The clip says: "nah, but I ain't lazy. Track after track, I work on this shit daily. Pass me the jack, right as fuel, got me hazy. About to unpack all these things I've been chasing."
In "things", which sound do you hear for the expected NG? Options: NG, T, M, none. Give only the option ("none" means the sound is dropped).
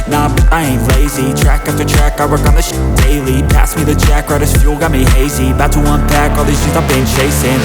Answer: none